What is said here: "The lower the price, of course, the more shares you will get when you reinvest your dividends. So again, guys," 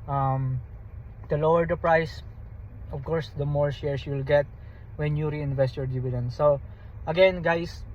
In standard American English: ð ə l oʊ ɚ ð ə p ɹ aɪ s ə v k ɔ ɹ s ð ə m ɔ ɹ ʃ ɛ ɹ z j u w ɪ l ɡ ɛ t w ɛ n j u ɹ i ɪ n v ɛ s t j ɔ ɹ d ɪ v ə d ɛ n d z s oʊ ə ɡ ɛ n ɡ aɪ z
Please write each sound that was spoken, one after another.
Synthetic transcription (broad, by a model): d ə l oʊ ɚ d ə p ɹ aɪ s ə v k ɔ ɹ s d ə m ɔ ɹ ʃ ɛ ɹ s j u w ɪ l ɡ ɛ t w ɛ n j u ɹ i ɪ n v ɛ s t j ɔ ɹ d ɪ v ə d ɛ n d s oʊ ə ɡ ɛ n ɡ aɪ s